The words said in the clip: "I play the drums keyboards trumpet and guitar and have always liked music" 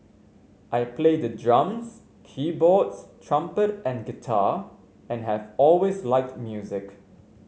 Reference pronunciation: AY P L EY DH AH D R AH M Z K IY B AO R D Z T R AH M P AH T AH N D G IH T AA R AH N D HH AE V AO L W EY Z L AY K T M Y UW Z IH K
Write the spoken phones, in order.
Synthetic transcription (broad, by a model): AY P L EY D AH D R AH M S K IY B AO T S T R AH M P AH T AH N G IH T AA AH N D HH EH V AO L W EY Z L AY K T M Y UW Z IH K